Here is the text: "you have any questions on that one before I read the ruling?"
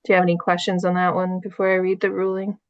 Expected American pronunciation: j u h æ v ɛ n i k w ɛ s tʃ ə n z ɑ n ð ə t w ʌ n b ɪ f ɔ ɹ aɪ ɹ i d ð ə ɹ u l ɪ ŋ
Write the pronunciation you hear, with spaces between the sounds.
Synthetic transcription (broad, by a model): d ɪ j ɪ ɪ ɛ n i k w ɛ s tʃ ə n z n ð ə t w ʌ n b ɪ f ɔ ɹ aɪ ɹ i d ð ə ɹ u l ɪ ŋ